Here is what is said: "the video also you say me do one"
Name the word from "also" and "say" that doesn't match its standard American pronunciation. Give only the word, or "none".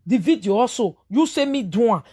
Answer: also